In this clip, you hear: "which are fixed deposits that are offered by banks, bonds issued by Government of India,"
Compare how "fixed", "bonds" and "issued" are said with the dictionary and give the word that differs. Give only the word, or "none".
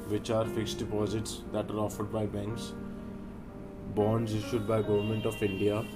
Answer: none